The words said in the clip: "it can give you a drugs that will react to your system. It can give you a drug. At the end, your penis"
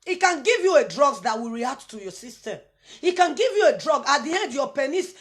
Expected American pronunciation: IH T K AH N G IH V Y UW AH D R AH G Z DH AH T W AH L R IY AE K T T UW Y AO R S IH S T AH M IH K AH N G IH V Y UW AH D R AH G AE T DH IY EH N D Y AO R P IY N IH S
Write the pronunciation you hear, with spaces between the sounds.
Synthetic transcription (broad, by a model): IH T K AH N G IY V Y UW AH D R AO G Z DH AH T W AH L R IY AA K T T UW Y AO S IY S T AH IH K AH N G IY V Y UW AH D R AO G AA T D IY EH N D Y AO P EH N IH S